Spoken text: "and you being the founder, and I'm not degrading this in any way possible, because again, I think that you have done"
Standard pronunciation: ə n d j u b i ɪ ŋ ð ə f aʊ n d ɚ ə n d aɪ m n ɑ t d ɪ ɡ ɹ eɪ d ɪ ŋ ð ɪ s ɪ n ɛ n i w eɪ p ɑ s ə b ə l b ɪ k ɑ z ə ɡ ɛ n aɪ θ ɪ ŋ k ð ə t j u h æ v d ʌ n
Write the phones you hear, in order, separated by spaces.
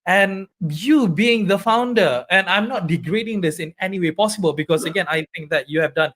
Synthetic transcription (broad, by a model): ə n j u b i ɪ ŋ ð ə f aʊ n d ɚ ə n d aɪ m n ɑ t d ɪ ɡ ɹ eɪ d ɪ ŋ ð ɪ s ɪ n ɛ n i w eɪ p ɑ s ə b ə l b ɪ k ɑ s ə ɡ ɛ n aɪ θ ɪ ŋ k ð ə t j u h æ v d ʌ n